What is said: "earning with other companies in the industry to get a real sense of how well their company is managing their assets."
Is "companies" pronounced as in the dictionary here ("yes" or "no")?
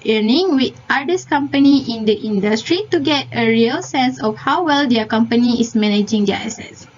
no